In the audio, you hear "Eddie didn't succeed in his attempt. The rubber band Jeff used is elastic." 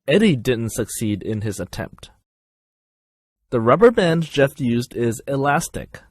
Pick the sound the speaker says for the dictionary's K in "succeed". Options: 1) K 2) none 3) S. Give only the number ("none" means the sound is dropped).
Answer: 1